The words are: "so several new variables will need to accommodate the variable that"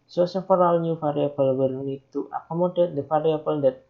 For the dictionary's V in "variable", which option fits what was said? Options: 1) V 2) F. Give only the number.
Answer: 2